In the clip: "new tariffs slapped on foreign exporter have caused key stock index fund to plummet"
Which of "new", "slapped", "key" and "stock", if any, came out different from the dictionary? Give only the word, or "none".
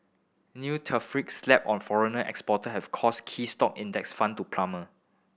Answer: slapped